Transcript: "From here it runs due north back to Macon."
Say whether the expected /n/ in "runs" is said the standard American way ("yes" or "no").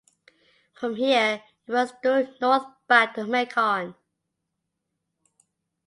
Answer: no